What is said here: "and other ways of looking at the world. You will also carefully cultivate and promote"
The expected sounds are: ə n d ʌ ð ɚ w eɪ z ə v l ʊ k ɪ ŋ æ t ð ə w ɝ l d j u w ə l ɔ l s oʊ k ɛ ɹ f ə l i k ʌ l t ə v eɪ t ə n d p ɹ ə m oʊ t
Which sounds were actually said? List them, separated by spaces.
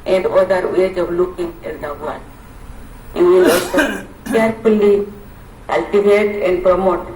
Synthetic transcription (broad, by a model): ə n d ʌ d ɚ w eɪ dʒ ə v l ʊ k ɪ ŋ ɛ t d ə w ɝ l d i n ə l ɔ s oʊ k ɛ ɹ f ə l i k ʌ l t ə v eɪ t ə n d p ɹ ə m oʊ t